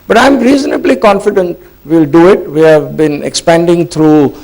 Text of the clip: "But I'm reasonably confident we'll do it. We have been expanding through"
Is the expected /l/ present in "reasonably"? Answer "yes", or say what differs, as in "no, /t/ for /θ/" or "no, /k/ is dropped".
yes